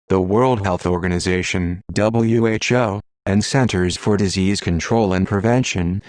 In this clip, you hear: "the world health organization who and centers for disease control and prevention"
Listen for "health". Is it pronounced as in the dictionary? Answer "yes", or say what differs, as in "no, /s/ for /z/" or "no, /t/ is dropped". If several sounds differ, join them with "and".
yes